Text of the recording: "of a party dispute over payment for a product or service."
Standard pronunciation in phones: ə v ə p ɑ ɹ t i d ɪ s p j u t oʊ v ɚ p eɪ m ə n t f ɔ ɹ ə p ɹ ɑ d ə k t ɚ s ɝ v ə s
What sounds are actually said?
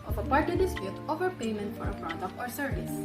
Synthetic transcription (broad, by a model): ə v ə p ɑ ɹ t i d ɪ s p j u t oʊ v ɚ p eɪ m ə n t f ɔ ɹ ə f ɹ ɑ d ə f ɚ s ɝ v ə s